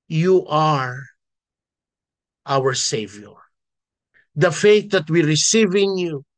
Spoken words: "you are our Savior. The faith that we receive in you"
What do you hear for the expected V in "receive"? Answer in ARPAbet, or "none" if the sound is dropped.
V